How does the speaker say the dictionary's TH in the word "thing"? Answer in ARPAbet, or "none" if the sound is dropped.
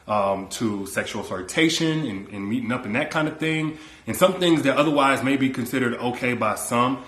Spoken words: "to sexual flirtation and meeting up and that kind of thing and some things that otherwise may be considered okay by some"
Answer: TH